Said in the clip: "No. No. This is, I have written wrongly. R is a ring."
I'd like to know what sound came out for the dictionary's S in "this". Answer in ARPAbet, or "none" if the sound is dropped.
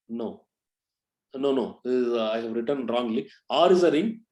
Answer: none